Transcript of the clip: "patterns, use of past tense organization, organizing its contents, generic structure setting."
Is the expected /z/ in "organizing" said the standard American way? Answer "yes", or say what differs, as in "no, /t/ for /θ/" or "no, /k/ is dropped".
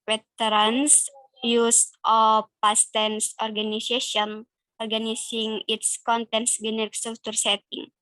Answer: no, /s/ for /z/